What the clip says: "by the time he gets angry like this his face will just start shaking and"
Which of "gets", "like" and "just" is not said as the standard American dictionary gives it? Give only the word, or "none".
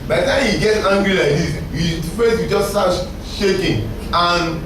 gets